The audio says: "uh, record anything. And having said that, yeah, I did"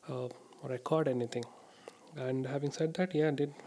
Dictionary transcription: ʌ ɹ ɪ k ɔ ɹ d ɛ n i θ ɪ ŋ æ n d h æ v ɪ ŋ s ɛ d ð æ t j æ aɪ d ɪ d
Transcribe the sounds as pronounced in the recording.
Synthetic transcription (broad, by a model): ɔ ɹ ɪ k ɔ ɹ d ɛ n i t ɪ ŋ æ n d h æ v ɪ ŋ s ɛ d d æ t j æ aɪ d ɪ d